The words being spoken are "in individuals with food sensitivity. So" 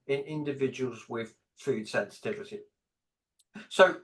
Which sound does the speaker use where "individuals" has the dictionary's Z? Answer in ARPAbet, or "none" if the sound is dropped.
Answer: Z